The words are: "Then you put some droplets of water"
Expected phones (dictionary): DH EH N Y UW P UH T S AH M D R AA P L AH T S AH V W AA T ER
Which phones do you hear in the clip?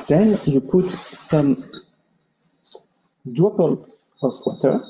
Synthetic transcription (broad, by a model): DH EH N Y UW P UH T S AH M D UW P AH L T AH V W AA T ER